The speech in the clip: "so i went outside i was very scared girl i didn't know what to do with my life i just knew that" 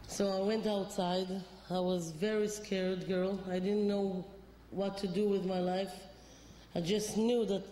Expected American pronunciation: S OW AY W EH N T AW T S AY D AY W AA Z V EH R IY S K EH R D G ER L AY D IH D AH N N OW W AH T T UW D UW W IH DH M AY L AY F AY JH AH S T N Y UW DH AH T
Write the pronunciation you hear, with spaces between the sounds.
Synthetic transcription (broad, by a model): S OW AY W EH N T AW T S AY D AY W AA Z V EH R IY S K EH R D G ER L AY D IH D N N OW W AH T T UW D UW W IH DH M AY L AY F AY JH AH S T N Y UW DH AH T